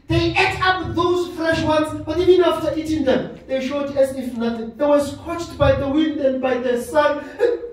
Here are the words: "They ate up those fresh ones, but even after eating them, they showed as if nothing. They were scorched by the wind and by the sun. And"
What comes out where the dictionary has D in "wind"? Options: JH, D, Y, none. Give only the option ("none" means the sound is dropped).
D